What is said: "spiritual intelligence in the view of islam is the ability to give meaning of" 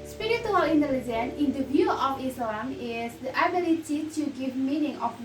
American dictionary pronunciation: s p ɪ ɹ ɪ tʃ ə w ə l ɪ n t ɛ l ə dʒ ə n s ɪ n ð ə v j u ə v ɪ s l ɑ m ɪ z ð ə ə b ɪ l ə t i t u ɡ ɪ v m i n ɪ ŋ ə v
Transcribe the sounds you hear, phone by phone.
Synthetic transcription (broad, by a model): s p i ɹ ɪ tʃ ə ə l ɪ n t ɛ l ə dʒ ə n ɪ n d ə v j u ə f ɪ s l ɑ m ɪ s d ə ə b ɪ l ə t i t u ɡ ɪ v m i n ɪ ŋ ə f